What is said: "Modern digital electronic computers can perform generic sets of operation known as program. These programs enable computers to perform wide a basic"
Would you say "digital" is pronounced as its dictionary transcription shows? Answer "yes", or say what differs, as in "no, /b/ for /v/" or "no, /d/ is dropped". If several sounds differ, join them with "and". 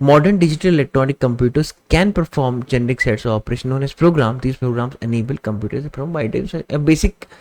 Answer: yes